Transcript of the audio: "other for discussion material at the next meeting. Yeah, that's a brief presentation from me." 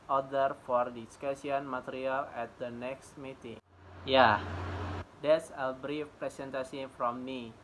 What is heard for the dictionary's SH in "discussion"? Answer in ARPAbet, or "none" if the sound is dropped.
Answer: S